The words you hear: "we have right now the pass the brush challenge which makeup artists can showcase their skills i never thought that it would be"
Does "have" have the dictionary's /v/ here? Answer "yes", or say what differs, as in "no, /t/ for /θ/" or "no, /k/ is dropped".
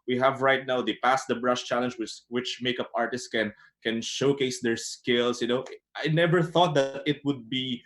yes